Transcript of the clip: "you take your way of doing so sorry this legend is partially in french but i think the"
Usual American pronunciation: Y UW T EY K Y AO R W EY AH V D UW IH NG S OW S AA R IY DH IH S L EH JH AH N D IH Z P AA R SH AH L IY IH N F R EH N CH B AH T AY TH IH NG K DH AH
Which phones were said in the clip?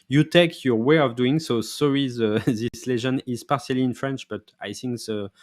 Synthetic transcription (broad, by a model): Y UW T EY K Y AO R W EY AH V D UW IH NG S OW S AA R IY DH IH S L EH ZH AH N IH Z P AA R S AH L IY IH N F R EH N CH B AH T AY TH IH NG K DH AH